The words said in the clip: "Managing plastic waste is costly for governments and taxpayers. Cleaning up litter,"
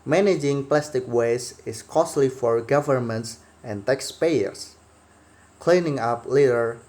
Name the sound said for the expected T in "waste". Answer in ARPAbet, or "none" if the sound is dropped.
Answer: none